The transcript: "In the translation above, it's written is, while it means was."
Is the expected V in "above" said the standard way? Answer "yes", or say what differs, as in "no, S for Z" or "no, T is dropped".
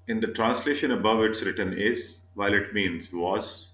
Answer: yes